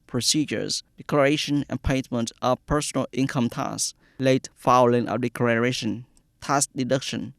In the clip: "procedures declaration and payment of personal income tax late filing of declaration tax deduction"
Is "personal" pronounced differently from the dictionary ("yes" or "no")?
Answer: no